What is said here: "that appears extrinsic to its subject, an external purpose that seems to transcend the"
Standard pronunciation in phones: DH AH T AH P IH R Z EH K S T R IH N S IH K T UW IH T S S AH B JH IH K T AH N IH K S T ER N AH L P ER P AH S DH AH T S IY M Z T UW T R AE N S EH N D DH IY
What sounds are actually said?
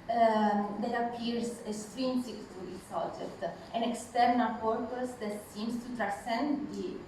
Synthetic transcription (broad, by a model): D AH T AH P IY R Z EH S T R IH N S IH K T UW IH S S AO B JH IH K T AH N IH K S T ER N AH L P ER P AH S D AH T S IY M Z T UW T R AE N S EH N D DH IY